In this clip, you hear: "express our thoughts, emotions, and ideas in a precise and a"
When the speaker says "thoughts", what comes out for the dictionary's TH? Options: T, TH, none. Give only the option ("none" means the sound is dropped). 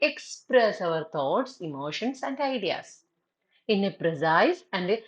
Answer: T